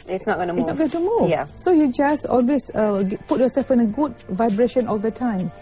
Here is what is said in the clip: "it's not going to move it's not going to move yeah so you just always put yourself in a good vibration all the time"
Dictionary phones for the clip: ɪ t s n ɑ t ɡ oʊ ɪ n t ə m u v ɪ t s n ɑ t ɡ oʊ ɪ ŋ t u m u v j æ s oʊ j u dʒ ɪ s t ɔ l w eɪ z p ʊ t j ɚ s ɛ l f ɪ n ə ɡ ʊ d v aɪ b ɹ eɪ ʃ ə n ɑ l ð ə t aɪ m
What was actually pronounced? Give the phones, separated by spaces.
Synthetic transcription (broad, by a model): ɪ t s n ɑ t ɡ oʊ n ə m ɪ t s n ɑ t ɡ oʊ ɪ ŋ t u m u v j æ s oʊ j u dʒ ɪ s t ɔ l w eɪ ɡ p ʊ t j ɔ s ɛ l f ɪ n ə ɡ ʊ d v aɪ b ɹ eɪ ʃ ə n ɑ l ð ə t aɪ m